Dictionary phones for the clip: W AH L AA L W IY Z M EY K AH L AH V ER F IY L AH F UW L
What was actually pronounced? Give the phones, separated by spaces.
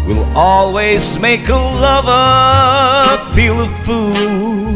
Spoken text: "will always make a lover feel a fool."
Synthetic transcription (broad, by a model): W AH L AA L W IY Z M EY K AH L AH V ER F IY L AH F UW